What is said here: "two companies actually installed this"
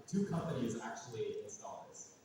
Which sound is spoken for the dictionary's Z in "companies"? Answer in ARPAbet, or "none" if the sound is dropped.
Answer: Z